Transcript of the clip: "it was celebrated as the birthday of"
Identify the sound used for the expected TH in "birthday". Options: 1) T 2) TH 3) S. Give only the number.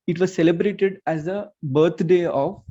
1